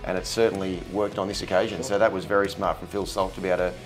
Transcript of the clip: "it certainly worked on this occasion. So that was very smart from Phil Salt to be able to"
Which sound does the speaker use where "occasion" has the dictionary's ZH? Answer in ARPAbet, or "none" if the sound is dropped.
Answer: ZH